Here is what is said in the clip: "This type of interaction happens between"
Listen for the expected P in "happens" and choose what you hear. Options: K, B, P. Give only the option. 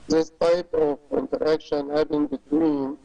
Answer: B